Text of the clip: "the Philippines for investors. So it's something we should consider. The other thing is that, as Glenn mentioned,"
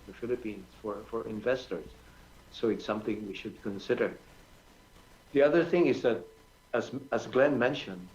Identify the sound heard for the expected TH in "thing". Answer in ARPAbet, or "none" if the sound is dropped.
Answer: TH